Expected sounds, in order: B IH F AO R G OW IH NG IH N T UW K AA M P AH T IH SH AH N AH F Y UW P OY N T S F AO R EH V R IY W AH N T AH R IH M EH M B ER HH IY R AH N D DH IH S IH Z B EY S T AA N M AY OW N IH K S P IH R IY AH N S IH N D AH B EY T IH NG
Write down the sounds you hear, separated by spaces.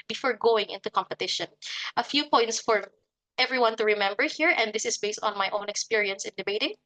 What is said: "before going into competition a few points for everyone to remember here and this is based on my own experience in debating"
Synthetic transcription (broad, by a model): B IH F AO R G OW IH NG IH N T UW K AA M P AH T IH SH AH N AH F Y UW P OY N T S F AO R EH V R IY W AH N T AH R IH M EH M B ER HH IY R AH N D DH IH S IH S B EY S T AA N M AY OW N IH K S P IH R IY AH N S IH N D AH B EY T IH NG